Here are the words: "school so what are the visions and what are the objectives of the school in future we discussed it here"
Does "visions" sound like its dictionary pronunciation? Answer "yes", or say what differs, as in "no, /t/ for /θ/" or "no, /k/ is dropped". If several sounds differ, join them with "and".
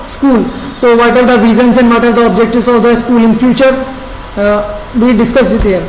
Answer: no, /z/ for /ʒ/